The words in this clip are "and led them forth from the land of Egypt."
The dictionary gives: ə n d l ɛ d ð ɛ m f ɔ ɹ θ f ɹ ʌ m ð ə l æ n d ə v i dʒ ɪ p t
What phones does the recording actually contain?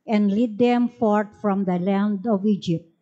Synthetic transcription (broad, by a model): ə n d l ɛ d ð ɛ m f ɔ ɹ t f ɹ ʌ m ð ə l æ n d ə v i dʒ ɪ p t